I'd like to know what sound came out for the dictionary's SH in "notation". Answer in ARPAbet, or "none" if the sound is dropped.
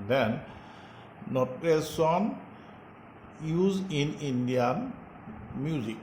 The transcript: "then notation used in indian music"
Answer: S